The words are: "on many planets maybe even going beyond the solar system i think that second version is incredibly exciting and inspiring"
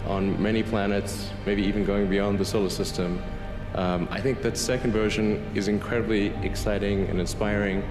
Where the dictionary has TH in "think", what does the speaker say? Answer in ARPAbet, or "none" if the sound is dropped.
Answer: TH